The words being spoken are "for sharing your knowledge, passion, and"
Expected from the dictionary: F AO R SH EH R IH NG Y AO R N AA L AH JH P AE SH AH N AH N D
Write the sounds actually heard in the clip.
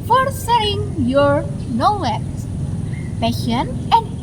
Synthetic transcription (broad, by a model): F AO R S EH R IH NG Y AO R N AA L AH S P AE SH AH N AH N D